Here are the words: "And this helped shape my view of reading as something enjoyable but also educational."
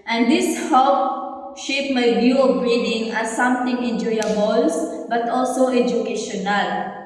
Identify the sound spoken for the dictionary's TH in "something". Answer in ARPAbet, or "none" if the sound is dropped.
T